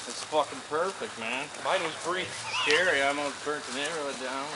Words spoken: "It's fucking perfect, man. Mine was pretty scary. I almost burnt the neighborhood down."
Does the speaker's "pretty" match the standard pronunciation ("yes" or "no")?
no